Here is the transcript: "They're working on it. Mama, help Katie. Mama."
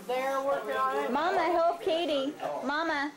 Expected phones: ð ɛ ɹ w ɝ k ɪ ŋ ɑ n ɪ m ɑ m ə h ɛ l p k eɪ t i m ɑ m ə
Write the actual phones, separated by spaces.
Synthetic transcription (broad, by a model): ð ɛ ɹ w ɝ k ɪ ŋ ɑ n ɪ m ɑ m ə h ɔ p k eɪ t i m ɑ m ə